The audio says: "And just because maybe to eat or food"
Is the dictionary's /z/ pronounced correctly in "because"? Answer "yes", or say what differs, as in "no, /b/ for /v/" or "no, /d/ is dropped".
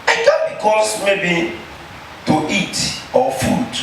no, /s/ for /z/